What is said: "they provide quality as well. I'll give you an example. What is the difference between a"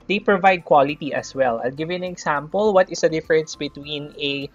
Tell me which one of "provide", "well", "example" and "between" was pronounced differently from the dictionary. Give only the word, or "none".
example